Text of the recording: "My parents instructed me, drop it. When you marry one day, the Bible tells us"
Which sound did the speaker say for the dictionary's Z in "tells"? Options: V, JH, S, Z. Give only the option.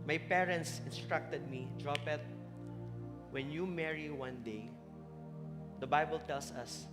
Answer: S